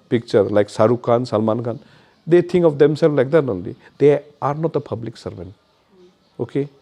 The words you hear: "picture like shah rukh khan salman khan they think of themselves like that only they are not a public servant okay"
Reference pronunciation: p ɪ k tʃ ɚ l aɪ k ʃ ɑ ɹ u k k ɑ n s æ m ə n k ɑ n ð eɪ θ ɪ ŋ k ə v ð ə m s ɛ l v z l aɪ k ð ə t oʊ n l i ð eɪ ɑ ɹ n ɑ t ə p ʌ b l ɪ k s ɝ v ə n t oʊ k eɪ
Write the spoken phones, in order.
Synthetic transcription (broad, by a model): p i k tʃ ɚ l aɪ k s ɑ ɹ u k k ɑ n s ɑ m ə n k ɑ n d eɪ t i ŋ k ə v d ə m s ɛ l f l aɪ k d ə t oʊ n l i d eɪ ɑ ɹ n ɑ t ə p ʌ b l ɪ k s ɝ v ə n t oʊ k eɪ